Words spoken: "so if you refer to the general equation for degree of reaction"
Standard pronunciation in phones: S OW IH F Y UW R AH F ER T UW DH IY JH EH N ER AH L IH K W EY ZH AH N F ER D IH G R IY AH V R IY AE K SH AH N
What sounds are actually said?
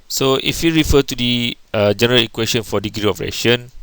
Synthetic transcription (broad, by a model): S OW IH F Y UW R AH F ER T UW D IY JH EH N ER AH L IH K W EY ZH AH N F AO D IH G R IY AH P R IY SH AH N